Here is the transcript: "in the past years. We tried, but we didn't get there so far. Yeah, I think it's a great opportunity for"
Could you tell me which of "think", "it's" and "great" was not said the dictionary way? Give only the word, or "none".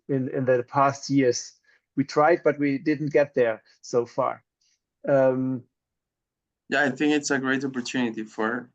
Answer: none